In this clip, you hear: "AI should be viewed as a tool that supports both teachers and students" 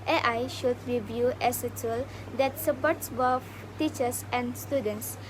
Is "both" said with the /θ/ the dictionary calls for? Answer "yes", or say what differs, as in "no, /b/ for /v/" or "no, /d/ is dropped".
no, /f/ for /θ/